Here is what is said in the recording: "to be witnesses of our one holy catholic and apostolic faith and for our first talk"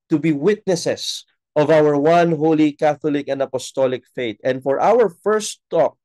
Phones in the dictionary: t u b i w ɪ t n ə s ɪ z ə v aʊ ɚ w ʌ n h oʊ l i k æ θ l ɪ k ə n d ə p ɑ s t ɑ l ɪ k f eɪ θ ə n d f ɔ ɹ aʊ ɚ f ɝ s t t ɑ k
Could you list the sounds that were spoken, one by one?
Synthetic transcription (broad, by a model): t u b i w ɪ t n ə s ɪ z ə v aʊ ɚ w ʌ n h oʊ l i k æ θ l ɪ k ə n d ə p ɑ s t ɑ l ɪ k f eɪ t ə n d f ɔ ɹ aʊ ɚ f ɝ s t t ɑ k